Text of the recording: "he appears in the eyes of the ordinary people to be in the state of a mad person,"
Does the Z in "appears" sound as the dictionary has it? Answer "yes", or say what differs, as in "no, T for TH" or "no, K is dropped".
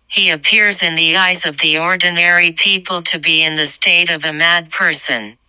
yes